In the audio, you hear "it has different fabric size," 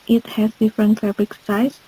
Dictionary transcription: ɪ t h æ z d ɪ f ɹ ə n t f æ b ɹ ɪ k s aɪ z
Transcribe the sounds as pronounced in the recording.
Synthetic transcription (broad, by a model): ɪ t h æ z d ɪ f ɹ ə n t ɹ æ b l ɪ k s aɪ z